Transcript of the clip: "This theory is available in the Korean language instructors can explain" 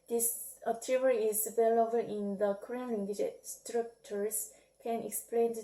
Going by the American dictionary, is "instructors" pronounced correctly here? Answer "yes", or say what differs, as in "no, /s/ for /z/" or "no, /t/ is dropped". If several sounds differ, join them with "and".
no, /n/ is dropped